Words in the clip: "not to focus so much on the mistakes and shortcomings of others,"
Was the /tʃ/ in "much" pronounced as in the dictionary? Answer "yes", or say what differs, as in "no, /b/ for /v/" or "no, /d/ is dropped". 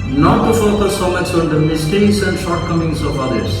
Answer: no, /s/ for /tʃ/